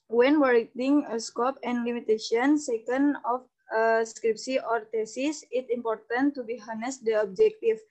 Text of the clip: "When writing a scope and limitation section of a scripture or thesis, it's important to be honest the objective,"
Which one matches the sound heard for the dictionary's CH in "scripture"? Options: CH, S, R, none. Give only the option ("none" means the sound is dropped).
S